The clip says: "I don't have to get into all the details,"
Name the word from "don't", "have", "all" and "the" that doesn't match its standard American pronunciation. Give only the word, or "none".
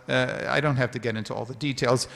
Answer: have